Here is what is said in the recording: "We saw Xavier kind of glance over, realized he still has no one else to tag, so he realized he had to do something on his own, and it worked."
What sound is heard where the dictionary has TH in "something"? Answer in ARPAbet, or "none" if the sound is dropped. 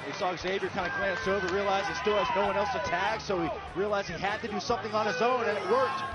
TH